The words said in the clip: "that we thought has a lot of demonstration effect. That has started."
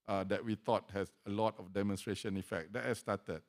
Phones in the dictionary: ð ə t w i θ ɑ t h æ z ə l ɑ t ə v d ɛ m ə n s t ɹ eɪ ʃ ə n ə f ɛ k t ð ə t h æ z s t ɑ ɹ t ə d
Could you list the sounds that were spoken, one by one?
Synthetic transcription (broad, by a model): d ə t w i t ɑ t h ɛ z ə l ɑ t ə f d ɛ m ə n s t ɹ eɪ ʃ ə n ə f ɛ k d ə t h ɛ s t ɑ t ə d